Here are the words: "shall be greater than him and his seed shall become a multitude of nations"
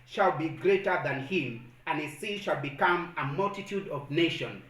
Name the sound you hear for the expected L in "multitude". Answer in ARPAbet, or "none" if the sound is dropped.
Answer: L